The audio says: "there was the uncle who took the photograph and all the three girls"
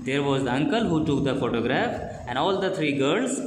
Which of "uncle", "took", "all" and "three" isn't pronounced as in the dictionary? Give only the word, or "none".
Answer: three